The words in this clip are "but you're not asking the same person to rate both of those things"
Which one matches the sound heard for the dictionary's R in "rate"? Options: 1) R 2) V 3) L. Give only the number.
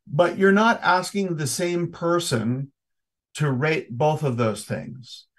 1